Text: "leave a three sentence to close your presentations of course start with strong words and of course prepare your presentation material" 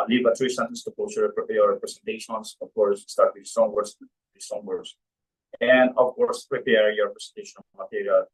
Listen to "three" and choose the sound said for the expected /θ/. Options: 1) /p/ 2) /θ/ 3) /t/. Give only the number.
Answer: 3